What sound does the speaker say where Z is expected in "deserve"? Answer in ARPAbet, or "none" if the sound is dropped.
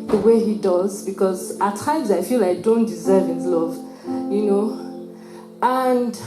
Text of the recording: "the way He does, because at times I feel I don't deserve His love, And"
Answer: Z